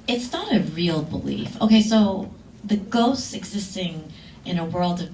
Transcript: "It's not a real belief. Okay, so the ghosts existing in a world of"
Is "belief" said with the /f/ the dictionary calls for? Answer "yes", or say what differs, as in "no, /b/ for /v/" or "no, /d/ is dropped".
yes